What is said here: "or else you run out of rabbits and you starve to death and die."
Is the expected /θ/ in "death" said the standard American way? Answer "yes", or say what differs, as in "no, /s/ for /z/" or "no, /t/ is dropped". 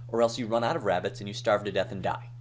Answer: yes